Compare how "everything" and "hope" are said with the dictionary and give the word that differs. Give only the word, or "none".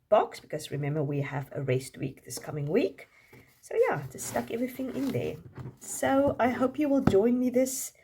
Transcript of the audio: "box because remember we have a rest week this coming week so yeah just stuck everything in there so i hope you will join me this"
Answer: none